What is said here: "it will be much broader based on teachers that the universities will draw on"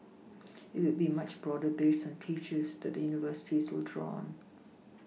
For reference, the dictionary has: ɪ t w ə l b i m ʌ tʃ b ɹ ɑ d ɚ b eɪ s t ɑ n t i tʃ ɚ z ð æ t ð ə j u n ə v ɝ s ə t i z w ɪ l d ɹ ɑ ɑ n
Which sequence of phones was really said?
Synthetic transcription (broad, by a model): ɪ t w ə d b i m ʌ tʃ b ɹ ɑ d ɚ b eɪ s ɑ n t i tʃ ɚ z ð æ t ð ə j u n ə v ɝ s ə t i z w ɪ l d ɹ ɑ ɑ n